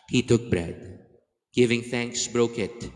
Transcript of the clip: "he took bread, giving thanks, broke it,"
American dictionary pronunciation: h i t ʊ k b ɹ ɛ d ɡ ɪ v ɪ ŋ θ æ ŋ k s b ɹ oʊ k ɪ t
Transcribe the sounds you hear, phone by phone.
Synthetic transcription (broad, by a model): h i t ʊ k b ɹ ɛ d ɡ ɪ v ɪ ŋ θ æ ŋ k s b ɹ oʊ k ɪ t